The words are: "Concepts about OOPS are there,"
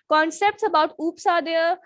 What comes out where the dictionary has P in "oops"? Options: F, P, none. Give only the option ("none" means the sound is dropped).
P